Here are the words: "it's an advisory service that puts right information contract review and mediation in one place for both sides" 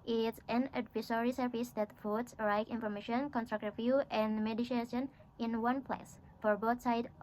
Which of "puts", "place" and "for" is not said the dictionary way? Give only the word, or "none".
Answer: puts